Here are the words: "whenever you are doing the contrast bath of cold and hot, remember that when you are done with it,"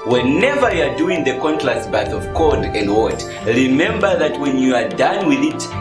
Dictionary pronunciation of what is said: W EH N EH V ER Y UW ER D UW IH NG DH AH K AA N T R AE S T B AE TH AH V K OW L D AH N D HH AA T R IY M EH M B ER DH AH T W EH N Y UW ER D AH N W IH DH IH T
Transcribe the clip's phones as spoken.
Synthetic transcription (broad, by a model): W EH N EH V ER Y UW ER D UW IH NG DH AH K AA N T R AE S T B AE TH AH V K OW D AH N D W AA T R IY M EH M B ER DH AH T W EH N Y UW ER D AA N W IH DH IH T